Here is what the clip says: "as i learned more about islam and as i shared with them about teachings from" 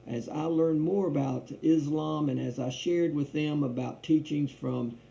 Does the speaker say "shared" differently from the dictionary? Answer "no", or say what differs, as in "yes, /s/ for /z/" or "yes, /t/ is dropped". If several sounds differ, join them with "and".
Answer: no